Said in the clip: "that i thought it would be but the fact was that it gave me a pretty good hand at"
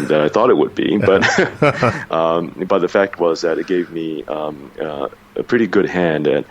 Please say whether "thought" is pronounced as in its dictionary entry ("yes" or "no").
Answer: yes